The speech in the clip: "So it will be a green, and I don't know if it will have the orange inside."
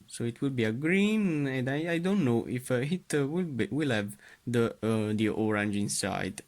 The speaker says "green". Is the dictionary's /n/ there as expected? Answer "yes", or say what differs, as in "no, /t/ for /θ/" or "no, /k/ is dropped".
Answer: yes